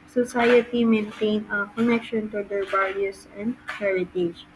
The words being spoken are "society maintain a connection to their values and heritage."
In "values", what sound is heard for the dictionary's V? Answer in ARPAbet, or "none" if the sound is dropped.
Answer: B